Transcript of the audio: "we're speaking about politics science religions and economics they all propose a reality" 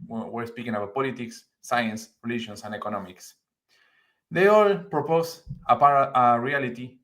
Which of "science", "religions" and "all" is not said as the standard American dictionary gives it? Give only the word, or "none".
religions